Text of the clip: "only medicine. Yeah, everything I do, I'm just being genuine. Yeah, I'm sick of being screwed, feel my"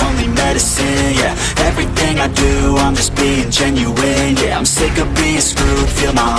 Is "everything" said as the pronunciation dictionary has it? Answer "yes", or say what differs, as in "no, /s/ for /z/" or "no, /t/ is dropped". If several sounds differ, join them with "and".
yes